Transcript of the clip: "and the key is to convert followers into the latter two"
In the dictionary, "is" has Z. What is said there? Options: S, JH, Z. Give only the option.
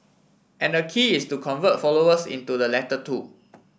S